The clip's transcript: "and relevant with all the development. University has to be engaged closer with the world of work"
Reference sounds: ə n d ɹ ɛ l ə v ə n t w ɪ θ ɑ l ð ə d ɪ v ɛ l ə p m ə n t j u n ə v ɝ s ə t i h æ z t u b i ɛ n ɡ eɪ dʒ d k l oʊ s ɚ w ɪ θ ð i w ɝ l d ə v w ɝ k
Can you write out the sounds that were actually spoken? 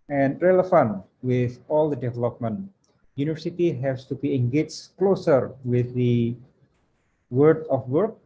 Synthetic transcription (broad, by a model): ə n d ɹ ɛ l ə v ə n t w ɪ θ ɑ l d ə d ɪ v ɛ l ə p m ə n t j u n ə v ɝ s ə t i h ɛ s t u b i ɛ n ɡ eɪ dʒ k l oʊ s ɚ w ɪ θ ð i w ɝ d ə f w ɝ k